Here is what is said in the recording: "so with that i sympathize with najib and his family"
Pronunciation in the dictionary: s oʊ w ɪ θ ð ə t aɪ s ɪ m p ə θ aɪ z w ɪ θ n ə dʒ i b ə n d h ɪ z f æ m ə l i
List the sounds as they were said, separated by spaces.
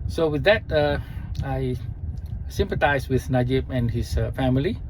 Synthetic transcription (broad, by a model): s oʊ w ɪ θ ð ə t aɪ s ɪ m p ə t aɪ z w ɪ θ n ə dʒ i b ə n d h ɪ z f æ m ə l i